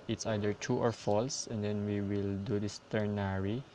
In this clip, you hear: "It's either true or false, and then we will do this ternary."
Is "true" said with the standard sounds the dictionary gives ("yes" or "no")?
no